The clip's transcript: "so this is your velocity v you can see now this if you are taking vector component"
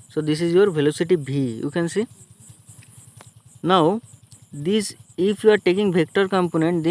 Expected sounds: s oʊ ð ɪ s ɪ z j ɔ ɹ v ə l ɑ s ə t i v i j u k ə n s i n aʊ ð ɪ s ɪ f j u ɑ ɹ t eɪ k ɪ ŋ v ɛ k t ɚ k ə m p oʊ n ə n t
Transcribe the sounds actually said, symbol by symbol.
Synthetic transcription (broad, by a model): s oʊ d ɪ s ɪ z j ɔ ɹ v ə l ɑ s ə t i b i j u k ə n s i n aʊ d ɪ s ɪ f j u ɑ ɹ t eɪ k ɪ ŋ b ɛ k t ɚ k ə m p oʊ n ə n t